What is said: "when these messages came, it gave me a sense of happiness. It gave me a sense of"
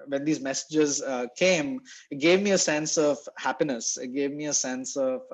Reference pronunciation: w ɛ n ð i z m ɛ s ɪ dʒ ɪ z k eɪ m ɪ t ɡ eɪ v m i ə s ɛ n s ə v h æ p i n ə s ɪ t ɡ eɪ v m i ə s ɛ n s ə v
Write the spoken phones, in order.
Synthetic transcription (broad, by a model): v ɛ n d i z m ɛ s ɪ dʒ ɪ z k eɪ m ɪ t ɡ eɪ v m i ə s ɛ n s ə v h æ p i n ə s ɪ t ɡ eɪ v m i ə s ɛ n s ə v